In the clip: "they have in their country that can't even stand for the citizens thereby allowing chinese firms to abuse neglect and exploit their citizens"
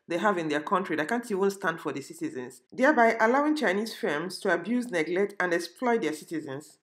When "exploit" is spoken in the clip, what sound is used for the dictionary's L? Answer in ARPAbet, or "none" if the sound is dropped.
L